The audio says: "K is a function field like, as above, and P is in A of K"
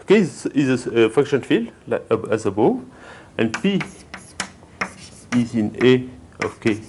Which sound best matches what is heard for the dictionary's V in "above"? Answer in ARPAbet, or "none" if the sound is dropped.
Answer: none